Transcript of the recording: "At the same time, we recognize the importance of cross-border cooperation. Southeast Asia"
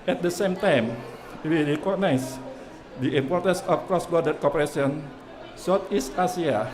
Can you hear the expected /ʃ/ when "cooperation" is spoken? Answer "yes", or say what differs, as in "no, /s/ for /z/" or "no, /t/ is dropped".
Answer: no, /s/ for /ʃ/